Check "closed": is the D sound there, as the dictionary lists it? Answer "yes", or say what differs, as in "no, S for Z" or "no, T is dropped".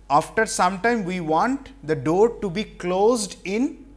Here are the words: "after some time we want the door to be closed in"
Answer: yes